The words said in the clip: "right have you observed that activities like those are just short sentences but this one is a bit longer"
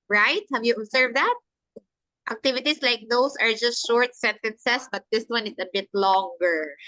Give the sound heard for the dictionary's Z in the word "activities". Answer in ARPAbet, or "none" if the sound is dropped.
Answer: S